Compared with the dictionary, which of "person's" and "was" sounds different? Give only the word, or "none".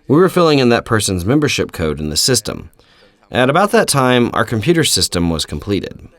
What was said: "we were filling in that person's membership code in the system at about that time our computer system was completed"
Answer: none